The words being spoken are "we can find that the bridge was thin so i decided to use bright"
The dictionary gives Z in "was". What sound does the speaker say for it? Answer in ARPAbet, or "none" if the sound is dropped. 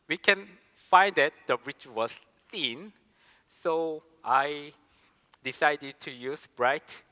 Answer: S